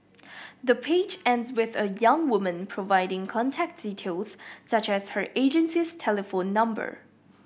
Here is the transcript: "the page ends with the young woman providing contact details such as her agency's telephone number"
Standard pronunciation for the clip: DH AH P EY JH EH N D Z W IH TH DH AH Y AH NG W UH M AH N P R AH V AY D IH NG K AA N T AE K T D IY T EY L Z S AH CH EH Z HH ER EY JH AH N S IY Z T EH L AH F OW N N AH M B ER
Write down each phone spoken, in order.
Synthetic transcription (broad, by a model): DH AH P EY JH EH N D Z W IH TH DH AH Y AH NG W UH M AH N P R AH V AY D IH NG K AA N T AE K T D IY T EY L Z S AH CH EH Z HH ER EY JH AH N S IY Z T EH L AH F OW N N AH M B ER